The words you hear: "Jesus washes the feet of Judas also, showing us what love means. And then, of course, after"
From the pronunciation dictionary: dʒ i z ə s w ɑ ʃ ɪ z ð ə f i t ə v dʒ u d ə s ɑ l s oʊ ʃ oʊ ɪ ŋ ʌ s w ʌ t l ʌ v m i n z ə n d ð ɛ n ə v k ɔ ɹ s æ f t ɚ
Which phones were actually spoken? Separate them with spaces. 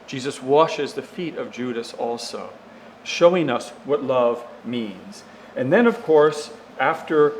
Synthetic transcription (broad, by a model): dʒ i z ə s w ɑ ʃ ɪ z ð ə f i t ə v dʒ u d ə s ɑ l s oʊ ʃ oʊ ɪ ŋ ʌ s w ʌ t l ʌ v m i n z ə n ð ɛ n ə v k ɔ ɹ s æ f t ɚ